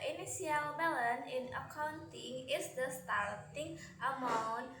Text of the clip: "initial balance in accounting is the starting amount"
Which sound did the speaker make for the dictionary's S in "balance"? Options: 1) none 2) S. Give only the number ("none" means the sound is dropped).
1